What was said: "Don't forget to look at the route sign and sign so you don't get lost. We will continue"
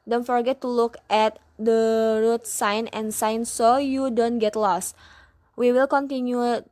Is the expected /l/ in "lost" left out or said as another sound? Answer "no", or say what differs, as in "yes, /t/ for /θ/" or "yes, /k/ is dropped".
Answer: no